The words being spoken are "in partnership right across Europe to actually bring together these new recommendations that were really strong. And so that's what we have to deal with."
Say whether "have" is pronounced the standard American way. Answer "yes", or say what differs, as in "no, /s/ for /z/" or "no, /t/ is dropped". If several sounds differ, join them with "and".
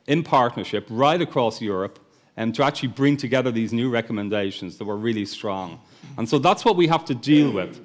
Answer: no, /f/ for /v/